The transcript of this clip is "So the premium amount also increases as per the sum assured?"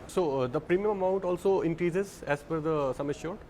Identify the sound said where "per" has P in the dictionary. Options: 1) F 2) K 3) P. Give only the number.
1